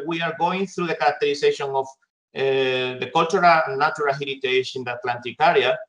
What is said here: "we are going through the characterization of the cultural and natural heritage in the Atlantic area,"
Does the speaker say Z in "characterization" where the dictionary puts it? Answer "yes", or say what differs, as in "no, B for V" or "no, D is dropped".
no, S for Z